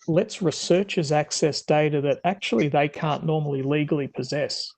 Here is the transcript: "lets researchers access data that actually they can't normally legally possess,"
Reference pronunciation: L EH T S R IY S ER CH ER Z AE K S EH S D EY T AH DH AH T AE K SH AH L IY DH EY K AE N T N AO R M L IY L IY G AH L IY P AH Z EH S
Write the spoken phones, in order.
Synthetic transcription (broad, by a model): L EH T S R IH S ER CH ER Z AE K S EH S D EY T AH DH AH T AE K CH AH L IY DH EY K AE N N AO R M L IY L IY G L IY P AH Z EH S